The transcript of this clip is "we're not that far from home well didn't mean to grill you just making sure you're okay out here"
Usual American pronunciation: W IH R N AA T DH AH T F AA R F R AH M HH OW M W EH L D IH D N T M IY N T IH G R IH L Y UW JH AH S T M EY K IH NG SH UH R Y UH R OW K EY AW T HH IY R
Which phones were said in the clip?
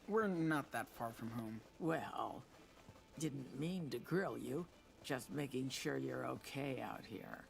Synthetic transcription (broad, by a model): W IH R N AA T DH AH T F AA R F R AH M HH OW M W EH L D IH D N T M IY N T IH G R IH L Y UW JH AH S T M EY K IH NG SH UH R Y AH R OW K EY AW T HH IY R